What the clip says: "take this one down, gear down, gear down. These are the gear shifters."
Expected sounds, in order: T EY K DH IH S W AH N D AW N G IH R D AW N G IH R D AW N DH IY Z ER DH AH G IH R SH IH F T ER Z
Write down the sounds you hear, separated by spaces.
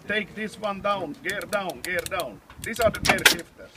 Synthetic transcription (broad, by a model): T EY K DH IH S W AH N D AW N G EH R D AW N G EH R D AW N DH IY S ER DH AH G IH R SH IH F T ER